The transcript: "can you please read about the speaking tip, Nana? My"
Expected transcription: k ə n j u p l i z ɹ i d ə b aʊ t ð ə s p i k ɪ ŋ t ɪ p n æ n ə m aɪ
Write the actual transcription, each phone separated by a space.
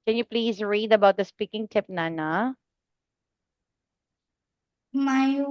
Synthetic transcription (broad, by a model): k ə n j u p l i z ɹ i d ə b aʊ t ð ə s p i k ɪ ŋ t ɪ p n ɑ n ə m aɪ